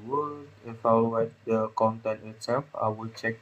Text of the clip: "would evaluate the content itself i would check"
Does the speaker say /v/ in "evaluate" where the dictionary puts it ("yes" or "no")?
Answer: no